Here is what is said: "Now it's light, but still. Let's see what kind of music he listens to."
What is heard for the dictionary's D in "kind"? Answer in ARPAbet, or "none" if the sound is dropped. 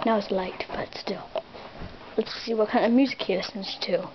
none